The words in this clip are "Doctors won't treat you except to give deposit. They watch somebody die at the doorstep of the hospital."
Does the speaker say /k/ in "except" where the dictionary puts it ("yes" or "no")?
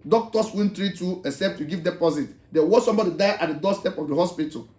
no